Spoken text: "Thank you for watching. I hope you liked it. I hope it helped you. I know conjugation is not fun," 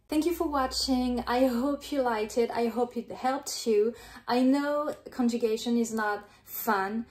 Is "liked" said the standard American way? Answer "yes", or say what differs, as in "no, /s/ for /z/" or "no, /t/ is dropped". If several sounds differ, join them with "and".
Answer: no, /k/ is dropped